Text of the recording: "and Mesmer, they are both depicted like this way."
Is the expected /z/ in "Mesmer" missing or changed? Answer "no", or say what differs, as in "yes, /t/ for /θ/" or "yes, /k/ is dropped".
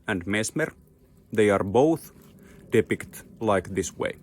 yes, /s/ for /z/